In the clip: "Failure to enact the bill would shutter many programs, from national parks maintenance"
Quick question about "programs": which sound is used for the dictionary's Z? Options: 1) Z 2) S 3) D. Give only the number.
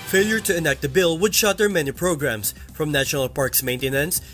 2